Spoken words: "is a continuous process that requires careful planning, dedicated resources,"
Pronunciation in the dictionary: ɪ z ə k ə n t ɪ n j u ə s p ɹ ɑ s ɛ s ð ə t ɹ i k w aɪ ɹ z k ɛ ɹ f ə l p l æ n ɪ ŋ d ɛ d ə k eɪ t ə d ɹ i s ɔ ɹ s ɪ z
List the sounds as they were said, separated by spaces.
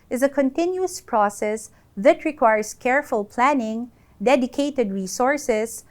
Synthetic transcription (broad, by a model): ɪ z ə k ə n t ɪ n j u ə s p ɹ ɑ s ɛ s ð ə t ɹ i k w aɪ ɹ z k ɛ ɹ f ə l p l æ n ɪ ŋ d ɛ d ə k eɪ t ə d ɹ i s ɔ ɹ s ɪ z